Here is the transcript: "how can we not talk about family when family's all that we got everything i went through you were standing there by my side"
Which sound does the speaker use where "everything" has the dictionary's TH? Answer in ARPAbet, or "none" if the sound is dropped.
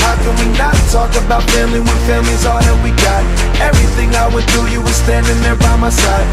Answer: TH